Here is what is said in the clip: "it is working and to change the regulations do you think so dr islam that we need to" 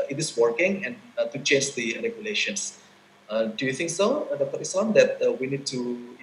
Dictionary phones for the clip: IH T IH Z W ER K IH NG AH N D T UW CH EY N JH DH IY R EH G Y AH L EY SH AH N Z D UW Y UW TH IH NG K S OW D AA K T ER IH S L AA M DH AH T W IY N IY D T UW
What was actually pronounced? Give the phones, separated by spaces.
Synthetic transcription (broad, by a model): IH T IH S W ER K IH NG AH N T UW CH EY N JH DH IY R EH G Y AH L EY SH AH N S D UW Y UW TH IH NG K S OW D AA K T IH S AA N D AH T W IY N IY D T UW